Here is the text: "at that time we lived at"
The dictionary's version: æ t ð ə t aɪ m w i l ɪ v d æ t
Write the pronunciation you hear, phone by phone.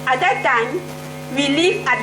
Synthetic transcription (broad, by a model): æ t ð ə t aɪ m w i l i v æ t